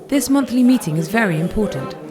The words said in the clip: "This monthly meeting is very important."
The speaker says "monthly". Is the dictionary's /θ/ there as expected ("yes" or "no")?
yes